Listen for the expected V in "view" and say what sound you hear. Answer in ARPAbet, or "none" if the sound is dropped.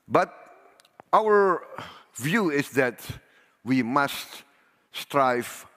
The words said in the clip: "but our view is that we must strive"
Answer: V